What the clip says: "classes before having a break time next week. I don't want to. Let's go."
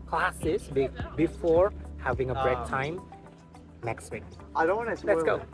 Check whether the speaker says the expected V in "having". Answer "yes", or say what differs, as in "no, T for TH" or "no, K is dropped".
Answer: yes